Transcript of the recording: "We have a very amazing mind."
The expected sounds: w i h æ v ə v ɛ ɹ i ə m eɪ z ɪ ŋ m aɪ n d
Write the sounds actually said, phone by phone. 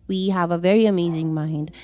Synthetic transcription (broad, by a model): w i h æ v ə v ɛ ɹ i ə m eɪ z ɪ ŋ m aɪ n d